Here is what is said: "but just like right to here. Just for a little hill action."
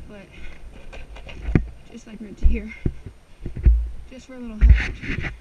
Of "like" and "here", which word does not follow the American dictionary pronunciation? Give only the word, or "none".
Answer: none